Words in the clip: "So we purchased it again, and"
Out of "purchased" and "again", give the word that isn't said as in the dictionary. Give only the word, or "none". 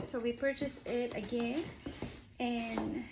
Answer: purchased